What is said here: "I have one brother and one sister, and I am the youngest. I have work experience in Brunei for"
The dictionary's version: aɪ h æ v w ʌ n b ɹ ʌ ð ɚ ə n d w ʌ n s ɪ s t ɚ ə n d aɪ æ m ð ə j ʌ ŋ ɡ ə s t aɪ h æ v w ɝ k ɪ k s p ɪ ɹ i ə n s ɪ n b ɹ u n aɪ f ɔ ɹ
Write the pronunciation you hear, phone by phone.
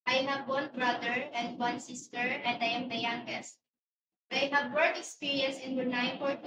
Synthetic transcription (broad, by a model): aɪ h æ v w ʌ n b ɹ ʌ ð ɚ ə n d w ʌ n s ɪ s t ɚ ə n d aɪ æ m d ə j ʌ ŋ ɡ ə s t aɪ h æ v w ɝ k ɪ k s p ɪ ɹ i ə n s ɪ n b u n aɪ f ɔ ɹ